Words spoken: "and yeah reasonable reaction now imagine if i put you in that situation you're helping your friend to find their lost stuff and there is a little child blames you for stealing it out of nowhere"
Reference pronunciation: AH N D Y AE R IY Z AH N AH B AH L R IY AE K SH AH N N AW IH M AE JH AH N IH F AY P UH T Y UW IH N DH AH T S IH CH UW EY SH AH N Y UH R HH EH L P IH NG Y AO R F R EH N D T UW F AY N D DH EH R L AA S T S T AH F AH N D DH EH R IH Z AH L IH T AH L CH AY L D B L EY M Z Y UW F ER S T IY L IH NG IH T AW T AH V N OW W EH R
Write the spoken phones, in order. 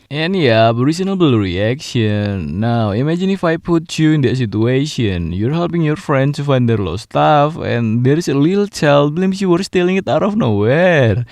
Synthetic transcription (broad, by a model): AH N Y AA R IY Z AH N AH B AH L R IY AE K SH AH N N AW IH M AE JH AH N IH F AY P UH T Y UW IH N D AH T S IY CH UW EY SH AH N Y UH R HH EH L P IH NG Y AO R F R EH N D T UW F AY N D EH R L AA T S T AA F AH N D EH R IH S AH L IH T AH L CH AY L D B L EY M S Y UW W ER S T IY L IH NG IH T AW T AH F N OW W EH R